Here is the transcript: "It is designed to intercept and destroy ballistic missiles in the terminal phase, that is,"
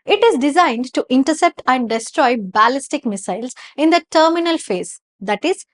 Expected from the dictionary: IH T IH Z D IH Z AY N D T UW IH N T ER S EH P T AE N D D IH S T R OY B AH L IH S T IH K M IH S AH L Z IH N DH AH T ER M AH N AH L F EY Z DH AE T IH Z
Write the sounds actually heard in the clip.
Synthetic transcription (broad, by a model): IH T IH Z D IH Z AY N D T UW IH N T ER S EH P T AE N D D IH S T R OY B AH L IH S T IH K M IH S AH L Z IH N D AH T ER M AH N AH L F EY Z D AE T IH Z